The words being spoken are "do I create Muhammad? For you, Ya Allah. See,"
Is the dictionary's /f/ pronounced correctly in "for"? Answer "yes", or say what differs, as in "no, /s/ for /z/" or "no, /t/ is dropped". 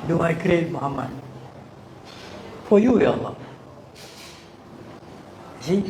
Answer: no, /p/ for /f/